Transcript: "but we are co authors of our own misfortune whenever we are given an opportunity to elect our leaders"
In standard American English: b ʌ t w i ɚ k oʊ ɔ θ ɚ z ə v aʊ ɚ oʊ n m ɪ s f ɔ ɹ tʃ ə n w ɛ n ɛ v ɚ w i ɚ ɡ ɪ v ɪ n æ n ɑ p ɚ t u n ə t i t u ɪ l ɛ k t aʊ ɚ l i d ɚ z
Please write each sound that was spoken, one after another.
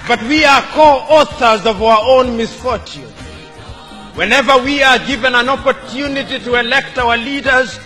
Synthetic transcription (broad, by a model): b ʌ t w i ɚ k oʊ ɔ θ ɚ z ə v aʊ ɚ oʊ n m ɪ s f ɔ ɹ tʃ ə n w ɛ n ɛ v ɚ w i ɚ ɡ ɪ v ɪ n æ n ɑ p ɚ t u n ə t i t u ɪ l ɛ k t aʊ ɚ l i d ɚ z